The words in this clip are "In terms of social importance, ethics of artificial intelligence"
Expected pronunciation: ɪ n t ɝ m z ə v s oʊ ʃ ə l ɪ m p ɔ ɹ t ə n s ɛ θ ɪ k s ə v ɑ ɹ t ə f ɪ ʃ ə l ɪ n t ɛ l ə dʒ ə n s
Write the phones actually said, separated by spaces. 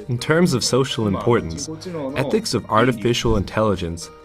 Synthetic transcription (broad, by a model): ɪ n t ɝ m z ə v s oʊ ʃ l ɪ m p ɔ ɹ t n s ɛ θ ɪ k s ə v ɑ ɹ t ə f ɪ ʃ l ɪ n t ɛ l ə dʒ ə n s